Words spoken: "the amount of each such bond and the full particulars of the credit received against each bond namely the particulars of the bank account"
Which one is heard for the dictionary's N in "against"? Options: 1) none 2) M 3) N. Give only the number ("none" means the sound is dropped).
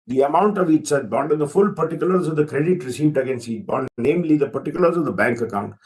3